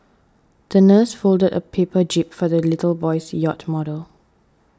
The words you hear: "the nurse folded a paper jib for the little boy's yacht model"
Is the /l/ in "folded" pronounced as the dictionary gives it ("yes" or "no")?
yes